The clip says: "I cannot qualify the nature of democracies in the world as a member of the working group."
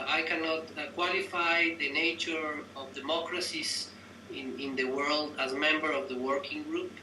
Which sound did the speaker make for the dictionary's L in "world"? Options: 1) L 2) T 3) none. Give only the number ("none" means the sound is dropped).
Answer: 1